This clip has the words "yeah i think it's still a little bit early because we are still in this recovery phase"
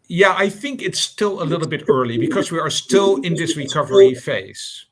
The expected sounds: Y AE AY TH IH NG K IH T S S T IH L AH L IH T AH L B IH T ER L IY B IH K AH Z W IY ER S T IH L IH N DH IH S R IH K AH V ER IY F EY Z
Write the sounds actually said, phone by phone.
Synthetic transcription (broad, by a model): Y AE AY TH IH NG K IH T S S T IH L AH L IH T L B IH T ER L IY B IH K AH Z W IY ER S T IH L IH N DH IH S R IH K AH V ER IY F EY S